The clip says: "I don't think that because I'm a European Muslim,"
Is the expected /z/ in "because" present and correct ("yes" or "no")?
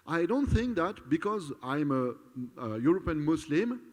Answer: yes